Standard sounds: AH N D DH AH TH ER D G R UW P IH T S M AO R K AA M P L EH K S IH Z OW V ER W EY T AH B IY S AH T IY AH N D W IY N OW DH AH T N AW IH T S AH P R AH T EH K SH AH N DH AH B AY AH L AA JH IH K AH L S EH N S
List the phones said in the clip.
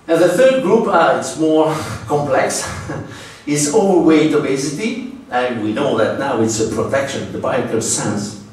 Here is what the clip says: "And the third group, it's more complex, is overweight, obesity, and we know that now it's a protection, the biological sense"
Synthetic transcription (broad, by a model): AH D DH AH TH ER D G R UW P IH T S M AO R K AA M P L EH K S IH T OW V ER W EY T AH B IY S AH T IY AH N W IY N OW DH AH T N AW IH T S AH P R AH T EH K SH AH N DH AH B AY AA IH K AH S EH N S